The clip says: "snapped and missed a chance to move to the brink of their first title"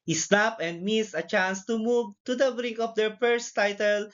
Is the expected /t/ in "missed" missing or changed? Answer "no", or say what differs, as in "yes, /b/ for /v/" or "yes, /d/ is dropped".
yes, /t/ is dropped